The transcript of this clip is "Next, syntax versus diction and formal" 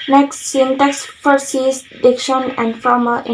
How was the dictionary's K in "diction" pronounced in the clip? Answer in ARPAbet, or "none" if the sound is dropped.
K